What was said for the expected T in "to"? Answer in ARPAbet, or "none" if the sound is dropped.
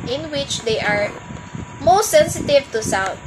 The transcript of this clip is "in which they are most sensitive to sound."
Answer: T